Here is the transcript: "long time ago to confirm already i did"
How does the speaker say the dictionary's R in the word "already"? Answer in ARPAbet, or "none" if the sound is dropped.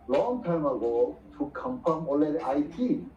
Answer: L